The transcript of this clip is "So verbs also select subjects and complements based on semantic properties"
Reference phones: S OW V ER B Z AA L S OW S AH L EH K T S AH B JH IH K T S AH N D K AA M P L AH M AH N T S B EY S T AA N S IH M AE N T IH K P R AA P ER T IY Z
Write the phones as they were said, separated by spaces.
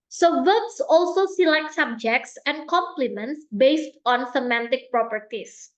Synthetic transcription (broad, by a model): S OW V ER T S AA L S OW S AH L EH K T S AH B JH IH K T S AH N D K AA M P L AH M AH N T S B EY S T AA N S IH M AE N T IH K P R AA P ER T IY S